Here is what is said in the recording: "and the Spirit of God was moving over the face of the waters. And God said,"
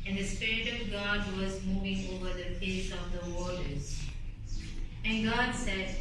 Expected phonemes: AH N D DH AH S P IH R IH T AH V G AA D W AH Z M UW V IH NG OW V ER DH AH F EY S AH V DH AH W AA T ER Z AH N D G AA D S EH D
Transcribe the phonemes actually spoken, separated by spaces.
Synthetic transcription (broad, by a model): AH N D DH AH S P IH R IH T AH V G AA D W AH Z M UW V IH NG OW V ER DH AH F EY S AH V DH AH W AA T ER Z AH N G AA D S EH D